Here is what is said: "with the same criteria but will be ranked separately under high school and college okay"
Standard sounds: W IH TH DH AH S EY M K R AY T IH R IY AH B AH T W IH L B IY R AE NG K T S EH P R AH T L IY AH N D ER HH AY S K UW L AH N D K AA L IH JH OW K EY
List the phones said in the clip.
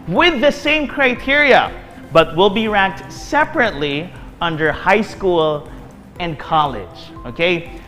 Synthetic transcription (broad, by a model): W IH DH AH S EY M K R AY T IH R IY AH B AH T W IH L B IY R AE K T S EH P R AH T L IY AH N D ER HH AY S K UW L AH N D K AA L IH JH OW K EY